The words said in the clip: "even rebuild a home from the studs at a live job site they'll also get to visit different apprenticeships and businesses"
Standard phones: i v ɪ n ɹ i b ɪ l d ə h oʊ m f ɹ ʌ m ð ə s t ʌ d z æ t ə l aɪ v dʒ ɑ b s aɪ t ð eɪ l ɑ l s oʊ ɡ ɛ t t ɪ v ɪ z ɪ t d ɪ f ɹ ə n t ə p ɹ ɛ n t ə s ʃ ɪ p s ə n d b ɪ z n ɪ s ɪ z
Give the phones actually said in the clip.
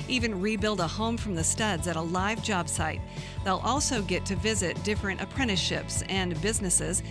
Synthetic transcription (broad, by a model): i v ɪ n ɹ i b ɪ l d ə h oʊ m f ɹ ʌ m ð ə s t ʌ d z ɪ t ə l aɪ v dʒ ɑ b s aɪ t ð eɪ l ɑ l s oʊ ɡ ɛ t t ɪ v ɪ z ɪ t d ɪ f ɹ ə n t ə p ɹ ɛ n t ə ʃ ɪ p s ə n b ɪ z n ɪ s ɪ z